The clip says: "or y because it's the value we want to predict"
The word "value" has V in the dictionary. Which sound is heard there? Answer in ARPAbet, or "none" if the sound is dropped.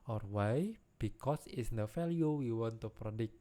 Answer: F